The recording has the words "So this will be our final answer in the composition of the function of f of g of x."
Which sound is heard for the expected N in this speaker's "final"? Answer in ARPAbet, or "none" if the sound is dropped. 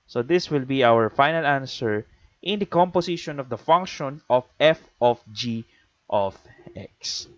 N